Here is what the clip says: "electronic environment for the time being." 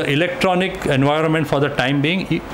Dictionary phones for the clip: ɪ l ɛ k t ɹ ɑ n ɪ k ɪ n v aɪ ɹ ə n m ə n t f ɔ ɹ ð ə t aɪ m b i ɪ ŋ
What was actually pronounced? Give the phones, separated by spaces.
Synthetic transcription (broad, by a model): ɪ l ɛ k t ɹ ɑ n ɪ k ɪ n v aɪ ɹ ə n m ə n t f ɔ ɹ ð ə t aɪ m b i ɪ ŋ